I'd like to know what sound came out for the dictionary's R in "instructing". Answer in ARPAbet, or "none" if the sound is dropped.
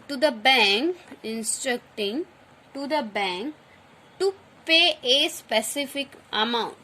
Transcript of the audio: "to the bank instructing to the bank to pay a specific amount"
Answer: R